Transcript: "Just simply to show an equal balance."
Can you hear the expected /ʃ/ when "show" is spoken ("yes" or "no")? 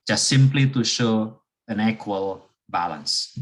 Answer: yes